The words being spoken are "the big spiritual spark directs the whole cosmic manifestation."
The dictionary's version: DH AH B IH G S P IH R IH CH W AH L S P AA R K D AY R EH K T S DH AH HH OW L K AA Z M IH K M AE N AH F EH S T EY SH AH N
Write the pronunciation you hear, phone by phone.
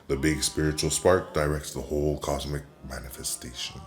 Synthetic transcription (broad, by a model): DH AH B IH G S P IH R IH CH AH L S P AA R K D AY R EH K T S DH AH HH OW L K AA Z M IH K M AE N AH F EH S T EY SH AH N